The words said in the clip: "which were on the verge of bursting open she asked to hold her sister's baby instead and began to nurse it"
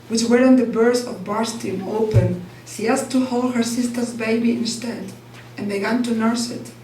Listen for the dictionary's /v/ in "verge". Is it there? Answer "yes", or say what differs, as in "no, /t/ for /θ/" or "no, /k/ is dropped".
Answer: no, /b/ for /v/